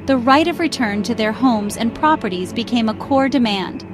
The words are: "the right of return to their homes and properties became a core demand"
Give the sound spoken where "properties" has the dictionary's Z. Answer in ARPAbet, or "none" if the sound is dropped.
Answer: Z